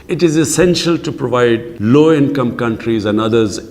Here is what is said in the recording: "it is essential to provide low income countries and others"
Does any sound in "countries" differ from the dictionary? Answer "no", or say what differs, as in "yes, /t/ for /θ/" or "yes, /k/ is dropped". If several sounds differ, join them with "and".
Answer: no